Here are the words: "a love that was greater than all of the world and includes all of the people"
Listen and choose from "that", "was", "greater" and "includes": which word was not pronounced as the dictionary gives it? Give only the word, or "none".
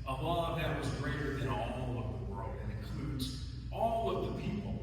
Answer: none